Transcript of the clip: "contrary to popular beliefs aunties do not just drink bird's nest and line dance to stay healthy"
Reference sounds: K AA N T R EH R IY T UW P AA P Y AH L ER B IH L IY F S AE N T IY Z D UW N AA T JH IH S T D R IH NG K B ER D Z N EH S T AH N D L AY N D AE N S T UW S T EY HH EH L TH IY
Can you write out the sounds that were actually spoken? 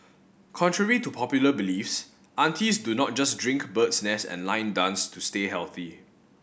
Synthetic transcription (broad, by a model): K AA N T R EH R IY T UW P AA P Y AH L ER B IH L IY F S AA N T IY S D UW N AA T JH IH S D R IH NG K B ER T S N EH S AH N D L AY N D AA N S T UW S T EY HH EH L TH IY